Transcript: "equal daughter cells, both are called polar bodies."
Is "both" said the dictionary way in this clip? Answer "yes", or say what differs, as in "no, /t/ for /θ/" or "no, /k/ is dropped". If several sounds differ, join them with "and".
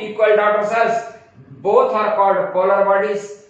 no, /t/ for /θ/